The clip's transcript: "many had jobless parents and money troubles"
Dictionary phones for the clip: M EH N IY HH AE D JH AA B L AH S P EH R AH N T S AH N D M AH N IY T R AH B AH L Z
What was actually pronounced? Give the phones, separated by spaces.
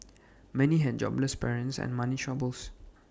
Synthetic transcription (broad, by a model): M EH N IY HH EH D JH AA B L AH S P EH R AH N T S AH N M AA N IY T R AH B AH L S